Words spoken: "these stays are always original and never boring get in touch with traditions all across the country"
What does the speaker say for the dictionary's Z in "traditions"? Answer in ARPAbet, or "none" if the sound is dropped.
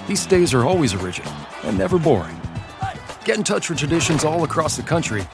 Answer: Z